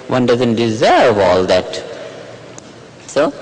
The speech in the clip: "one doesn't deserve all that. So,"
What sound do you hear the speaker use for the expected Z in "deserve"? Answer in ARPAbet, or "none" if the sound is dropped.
Z